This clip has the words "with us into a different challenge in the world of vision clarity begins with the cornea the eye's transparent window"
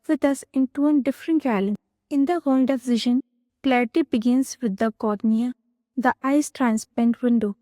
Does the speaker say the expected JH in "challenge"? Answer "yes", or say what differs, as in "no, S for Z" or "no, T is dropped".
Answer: no, JH is dropped